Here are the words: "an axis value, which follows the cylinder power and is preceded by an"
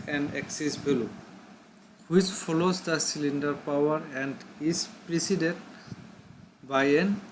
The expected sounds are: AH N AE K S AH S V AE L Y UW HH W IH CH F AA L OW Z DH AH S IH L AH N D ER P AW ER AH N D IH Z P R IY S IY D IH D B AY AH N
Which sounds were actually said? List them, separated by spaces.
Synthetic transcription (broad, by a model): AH N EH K S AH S B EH L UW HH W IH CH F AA L OW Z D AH S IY L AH N D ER P AW ER AH N D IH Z P R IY S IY D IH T B AY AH N